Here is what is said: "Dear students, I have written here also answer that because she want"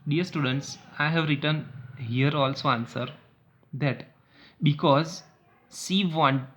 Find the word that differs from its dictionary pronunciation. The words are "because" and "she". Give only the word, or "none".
she